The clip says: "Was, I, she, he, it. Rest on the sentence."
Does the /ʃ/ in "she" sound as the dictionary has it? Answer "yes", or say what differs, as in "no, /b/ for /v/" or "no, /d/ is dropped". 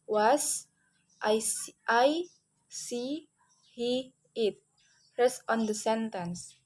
no, /s/ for /ʃ/